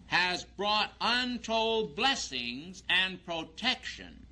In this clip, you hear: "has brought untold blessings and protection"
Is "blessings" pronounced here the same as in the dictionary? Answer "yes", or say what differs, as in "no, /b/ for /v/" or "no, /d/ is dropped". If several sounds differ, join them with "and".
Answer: yes